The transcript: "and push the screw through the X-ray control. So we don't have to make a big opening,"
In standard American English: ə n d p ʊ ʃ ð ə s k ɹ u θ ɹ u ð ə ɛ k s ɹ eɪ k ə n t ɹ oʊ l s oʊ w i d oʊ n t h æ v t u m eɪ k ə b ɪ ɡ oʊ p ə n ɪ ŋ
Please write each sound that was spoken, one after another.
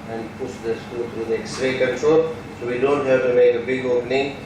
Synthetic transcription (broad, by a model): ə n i p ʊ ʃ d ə s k u t ɹ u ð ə ɛ k s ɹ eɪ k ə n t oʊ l s oʊ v i d oʊ n t h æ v t u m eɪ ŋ ə b ɪ ɡ oʊ p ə n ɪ ŋ